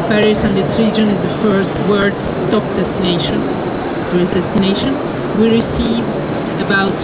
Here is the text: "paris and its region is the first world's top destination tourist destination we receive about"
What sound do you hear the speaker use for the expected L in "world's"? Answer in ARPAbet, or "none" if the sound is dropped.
none